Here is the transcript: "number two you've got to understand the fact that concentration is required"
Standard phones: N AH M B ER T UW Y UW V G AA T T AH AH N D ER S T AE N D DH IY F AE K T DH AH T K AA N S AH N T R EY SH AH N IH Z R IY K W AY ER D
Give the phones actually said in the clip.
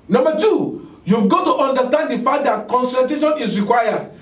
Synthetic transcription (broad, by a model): N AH M B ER T UW Y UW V G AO T T AH N D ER S T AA N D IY F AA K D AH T K AA N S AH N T EY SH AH N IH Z R IY K W AY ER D